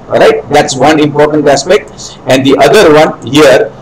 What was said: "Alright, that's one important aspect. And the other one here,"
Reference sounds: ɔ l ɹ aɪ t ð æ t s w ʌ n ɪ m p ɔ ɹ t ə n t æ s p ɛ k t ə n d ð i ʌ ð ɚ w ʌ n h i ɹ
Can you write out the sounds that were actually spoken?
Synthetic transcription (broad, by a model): ɹ aɪ t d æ t s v ʌ n ɪ m p ɔ ɹ t ə n t æ s p ɛ k t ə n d i ʌ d ɚ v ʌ n h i ɹ